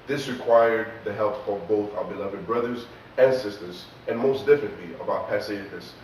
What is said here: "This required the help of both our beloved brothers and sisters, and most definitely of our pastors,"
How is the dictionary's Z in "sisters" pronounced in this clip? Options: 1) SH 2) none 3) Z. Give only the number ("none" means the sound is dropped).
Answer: 3